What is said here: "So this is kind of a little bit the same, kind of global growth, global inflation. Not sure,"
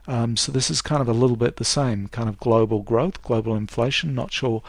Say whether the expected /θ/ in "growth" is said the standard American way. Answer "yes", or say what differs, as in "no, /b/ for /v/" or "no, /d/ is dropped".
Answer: yes